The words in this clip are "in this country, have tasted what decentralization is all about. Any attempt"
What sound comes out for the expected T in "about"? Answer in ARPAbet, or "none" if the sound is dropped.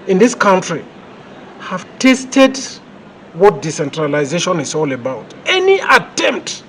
T